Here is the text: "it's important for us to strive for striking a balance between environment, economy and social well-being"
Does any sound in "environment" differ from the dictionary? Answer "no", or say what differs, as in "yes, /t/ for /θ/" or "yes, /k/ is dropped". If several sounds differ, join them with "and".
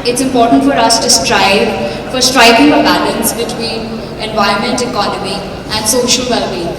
yes, /ɹ/ is dropped